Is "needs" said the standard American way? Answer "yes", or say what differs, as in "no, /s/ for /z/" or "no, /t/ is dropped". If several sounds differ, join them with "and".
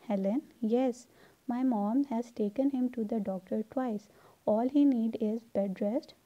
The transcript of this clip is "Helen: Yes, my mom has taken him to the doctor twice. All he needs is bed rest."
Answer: no, /z/ is dropped